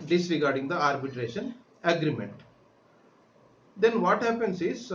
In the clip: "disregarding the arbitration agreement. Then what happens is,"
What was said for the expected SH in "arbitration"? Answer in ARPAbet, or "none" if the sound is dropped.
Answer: SH